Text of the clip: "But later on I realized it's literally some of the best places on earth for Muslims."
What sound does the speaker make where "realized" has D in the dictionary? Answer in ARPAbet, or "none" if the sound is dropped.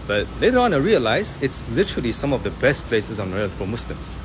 none